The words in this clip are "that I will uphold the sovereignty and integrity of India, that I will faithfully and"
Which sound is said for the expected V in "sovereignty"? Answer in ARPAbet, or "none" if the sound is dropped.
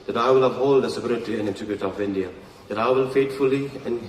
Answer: P